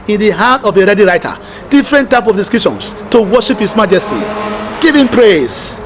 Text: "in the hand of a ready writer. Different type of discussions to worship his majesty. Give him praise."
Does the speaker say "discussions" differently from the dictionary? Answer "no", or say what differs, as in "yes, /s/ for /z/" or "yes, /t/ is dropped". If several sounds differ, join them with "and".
yes, /s/ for /z/